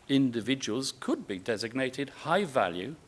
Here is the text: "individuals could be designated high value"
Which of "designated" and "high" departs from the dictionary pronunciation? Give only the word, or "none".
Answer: none